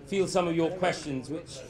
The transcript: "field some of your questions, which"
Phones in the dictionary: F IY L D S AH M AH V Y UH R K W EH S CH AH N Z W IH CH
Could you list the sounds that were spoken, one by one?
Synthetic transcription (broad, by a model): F IY L S AH M AH V Y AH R K W EH S CH AH N Z W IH CH